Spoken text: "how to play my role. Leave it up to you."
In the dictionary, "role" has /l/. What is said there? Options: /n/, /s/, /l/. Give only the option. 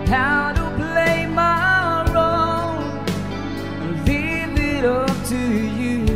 /n/